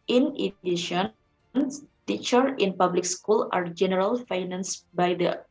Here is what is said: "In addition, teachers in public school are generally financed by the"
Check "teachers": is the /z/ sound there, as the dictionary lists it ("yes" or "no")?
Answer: no